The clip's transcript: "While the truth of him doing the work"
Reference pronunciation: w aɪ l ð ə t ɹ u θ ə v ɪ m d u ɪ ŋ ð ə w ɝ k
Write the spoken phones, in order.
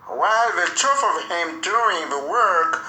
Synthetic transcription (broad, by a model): w aɪ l ð ə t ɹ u f ə v ɪ m d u ɪ ŋ ð ə w ɝ k